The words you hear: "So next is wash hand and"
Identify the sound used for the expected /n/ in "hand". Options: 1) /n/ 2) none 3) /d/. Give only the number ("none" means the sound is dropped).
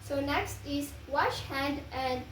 1